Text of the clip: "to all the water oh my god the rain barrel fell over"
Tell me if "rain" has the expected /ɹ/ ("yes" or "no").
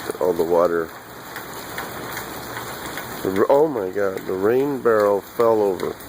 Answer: yes